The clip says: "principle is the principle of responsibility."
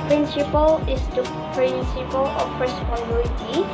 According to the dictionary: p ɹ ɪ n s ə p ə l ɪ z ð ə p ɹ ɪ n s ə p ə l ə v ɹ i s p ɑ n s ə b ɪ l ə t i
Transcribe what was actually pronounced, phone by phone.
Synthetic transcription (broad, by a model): p ɹ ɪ n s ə p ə l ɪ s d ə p ɹ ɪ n s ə p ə l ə p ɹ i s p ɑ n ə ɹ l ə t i